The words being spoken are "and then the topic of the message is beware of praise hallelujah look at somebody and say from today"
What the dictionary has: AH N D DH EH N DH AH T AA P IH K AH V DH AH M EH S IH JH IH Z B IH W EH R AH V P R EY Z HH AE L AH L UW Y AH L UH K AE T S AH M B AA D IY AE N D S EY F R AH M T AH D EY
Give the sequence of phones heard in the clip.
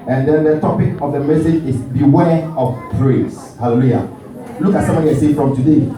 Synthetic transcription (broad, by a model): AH N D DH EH N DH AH T AA P IH K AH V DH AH M EH S IH JH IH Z B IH W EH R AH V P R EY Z HH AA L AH L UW Y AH L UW K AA T S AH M AA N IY S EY F R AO M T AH D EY